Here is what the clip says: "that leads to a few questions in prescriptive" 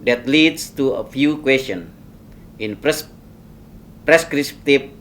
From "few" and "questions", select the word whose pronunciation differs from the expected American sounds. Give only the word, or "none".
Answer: questions